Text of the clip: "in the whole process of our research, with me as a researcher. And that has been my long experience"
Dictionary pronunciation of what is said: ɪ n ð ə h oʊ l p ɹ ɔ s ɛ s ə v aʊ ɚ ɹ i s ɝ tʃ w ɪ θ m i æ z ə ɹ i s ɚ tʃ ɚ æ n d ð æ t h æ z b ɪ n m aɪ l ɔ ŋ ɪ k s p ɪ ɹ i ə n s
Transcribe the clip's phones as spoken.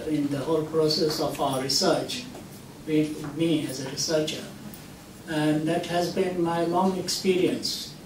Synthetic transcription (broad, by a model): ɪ n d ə h oʊ l p ɹ ɔ s ɛ s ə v aʊ ɚ ɹ i s ɝ tʃ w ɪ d m i æ z ə ɹ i s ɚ tʃ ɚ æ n d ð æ t h æ z b ɪ n m aɪ l ɔ ŋ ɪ k s p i ɹ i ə n s